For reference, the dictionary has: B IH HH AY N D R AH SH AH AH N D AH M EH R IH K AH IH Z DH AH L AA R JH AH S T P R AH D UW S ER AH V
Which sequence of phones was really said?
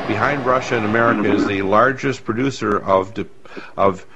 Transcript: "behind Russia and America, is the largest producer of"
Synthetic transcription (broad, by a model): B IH HH AY N D R AH SH AH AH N AH M EH R IH K AH IH Z DH AH L AA R JH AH S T P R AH D UW S ER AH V